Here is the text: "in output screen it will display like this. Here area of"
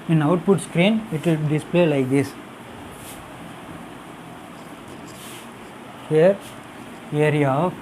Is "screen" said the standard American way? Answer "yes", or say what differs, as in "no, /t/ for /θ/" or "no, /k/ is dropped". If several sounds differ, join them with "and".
yes